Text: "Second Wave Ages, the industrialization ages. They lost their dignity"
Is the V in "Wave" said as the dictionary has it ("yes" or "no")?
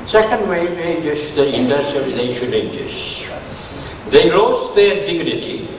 no